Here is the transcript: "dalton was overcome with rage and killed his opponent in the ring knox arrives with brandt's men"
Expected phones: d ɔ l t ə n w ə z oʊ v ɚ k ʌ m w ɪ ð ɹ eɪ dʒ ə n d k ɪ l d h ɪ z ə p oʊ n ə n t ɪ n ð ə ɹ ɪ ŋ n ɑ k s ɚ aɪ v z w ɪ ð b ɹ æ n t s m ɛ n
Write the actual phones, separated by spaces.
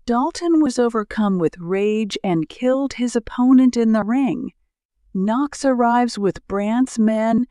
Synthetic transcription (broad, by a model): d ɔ l t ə n w ə z oʊ v ɚ k ʌ m w ɪ ð ɹ eɪ dʒ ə n k ɪ l d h ɪ z ə p oʊ n ə n t ɪ n ð ə ɹ ɪ ŋ n ɑ k s ɚ aɪ v z w ɪ ð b ɹ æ n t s m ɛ n